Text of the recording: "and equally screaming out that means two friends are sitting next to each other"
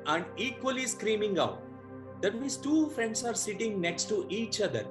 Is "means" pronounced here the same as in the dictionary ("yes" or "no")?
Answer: no